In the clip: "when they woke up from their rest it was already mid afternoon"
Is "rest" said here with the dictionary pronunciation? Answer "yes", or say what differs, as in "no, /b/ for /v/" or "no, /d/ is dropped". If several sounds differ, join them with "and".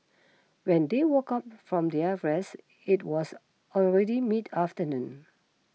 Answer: no, /t/ is dropped